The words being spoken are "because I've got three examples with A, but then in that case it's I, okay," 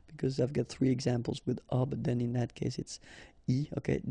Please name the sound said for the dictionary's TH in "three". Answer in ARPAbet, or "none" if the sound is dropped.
TH